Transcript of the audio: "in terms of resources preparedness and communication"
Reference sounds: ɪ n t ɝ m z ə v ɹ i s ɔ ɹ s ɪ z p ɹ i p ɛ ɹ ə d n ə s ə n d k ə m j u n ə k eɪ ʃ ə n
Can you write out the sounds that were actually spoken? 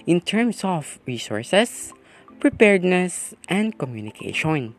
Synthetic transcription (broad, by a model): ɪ n t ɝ m s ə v ɹ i s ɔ ɹ s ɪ s p ɹ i p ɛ ɹ d n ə s ə n d k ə m j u n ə k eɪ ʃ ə n